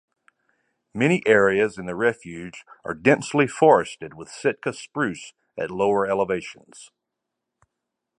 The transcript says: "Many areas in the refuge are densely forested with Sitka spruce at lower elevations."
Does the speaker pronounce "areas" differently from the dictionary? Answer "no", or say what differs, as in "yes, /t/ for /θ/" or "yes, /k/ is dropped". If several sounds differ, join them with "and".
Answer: no